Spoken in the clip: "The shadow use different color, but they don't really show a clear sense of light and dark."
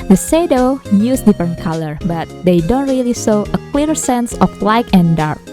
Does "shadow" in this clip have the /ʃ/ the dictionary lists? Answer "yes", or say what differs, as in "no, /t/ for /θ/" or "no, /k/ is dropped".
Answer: no, /s/ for /ʃ/